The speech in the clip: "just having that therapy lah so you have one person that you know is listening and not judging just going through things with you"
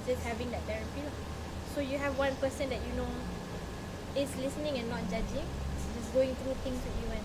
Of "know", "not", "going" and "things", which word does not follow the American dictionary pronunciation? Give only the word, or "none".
things